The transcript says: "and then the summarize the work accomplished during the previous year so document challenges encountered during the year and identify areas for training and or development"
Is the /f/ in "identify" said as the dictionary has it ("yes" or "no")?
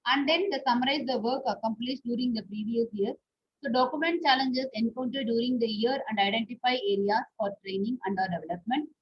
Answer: yes